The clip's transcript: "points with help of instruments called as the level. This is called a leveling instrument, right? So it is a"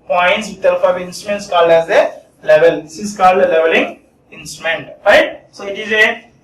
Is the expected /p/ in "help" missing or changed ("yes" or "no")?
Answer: yes